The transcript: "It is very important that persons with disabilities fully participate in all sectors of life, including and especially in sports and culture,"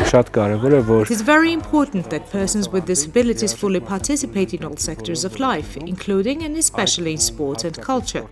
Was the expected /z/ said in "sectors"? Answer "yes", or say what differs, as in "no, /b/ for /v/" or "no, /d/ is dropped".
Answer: yes